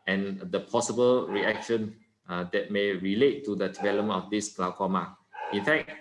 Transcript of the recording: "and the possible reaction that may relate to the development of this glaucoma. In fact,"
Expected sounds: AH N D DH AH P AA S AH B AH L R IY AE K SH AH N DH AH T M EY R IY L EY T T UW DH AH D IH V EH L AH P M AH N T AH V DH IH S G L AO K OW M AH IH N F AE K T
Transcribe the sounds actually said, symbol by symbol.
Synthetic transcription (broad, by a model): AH N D AH P AA S AH B AH L R IY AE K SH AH N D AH T M EY R IY L EY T T UW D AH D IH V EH L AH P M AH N AH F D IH S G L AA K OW M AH IH N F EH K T